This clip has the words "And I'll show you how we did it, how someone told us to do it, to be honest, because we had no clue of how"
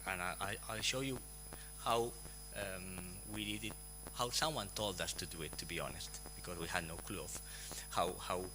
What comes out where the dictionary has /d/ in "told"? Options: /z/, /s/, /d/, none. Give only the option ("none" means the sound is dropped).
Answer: /d/